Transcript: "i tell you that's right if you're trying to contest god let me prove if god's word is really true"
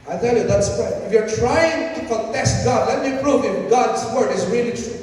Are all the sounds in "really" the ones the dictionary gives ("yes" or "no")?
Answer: no